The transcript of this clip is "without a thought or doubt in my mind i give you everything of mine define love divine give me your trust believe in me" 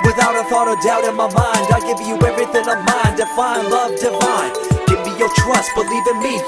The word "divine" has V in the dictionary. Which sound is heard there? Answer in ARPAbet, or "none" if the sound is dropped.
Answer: F